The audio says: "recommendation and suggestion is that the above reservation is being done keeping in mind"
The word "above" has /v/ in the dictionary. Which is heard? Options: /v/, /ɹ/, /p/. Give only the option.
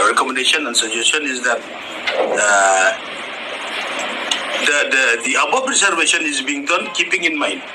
/p/